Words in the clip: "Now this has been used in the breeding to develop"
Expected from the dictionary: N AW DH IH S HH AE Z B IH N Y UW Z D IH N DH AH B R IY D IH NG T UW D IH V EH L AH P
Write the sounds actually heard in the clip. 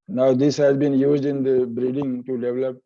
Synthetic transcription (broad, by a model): N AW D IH S HH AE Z B IH N Y UW Z D IH N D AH B R IY D IH NG T UW D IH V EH L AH P